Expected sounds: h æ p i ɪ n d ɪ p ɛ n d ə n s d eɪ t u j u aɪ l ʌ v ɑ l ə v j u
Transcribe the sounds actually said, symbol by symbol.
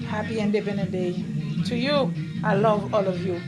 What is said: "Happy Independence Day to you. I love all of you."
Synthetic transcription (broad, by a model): h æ p i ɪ n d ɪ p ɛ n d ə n d eɪ t u j u aɪ l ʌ v ɑ l ə v j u